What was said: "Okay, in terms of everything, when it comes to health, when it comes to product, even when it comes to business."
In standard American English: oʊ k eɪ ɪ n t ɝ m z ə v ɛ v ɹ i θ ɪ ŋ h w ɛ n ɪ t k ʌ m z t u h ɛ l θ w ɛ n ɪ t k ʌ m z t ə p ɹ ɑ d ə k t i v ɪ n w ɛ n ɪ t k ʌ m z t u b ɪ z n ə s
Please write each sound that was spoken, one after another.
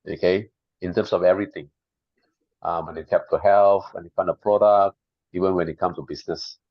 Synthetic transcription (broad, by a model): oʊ k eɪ ɪ n t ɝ m s ə v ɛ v ɹ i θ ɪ ŋ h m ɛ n ɪ t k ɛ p t u h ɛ l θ w ɛ n ɪ t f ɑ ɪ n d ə p ɹ ɑ d ə k t i v ɪ n w ɛ n ɪ t k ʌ m t u b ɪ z n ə s